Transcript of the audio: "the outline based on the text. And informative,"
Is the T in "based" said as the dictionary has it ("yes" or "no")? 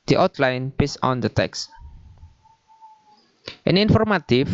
no